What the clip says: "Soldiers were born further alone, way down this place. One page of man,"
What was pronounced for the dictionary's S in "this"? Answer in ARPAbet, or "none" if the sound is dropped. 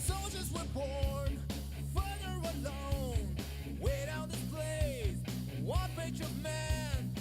none